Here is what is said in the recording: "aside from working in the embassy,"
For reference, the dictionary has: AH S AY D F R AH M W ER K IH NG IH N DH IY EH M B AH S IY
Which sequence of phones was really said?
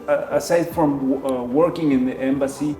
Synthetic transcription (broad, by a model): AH S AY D F R AH M W ER K IH NG IH N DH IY EH M B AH S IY